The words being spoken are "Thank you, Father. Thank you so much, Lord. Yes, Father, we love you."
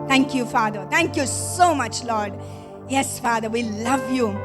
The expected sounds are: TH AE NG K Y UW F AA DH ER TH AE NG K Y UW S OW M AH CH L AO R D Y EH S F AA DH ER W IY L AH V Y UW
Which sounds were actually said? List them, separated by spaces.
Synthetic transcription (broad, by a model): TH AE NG K Y UW F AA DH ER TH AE NG K Y UW S OW M AH CH L AO R D Y EH S F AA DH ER W IY L AH V Y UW